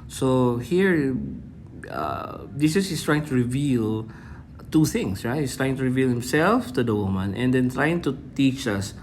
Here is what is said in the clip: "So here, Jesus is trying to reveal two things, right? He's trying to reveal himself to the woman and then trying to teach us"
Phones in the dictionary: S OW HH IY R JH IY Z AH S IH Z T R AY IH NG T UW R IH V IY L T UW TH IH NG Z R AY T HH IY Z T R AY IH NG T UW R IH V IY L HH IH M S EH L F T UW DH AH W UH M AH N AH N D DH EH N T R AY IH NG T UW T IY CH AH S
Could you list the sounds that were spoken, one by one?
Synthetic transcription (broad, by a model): S OW HH IY R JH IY S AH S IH S T R AY IH NG T UW R IH V IY L T UW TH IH NG S R AY T HH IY S T R AY IH NG T UW R IH V IY L HH IH M S EH L F T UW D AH W UH M AH N AH N D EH N T R AY IH NG T UW T IY CH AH S